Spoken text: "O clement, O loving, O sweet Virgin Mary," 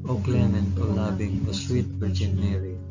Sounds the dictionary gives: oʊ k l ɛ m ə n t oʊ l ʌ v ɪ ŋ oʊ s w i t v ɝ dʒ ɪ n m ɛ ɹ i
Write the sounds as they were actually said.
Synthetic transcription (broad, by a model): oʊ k l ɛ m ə n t oʊ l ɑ b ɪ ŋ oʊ s w i t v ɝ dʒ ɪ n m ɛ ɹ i